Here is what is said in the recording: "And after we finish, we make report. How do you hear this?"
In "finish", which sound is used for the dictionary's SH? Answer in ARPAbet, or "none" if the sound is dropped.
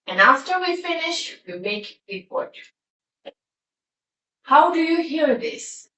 SH